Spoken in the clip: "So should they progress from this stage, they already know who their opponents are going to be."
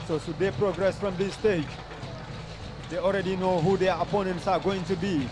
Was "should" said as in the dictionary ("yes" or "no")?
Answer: no